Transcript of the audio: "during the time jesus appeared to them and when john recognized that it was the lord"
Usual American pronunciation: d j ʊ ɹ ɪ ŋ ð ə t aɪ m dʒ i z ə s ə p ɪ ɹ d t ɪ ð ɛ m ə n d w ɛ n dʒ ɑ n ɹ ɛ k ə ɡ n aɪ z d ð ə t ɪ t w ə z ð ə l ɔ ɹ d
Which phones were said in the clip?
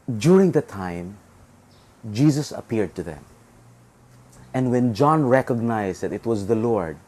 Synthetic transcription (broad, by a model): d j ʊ ɹ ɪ ŋ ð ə t aɪ m dʒ i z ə s ə p ɪ ɹ d t ɪ ð ɛ m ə n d w ɛ n dʒ ɑ n ɹ ɛ k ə ɡ n aɪ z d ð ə t ɪ t w ə z ð ə l ɔ ɹ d